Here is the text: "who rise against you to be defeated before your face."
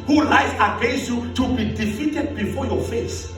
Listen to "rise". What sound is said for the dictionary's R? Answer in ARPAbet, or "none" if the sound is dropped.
L